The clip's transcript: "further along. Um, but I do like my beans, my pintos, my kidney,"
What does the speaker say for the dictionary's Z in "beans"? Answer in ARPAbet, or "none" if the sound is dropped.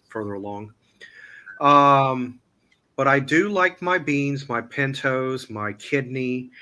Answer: Z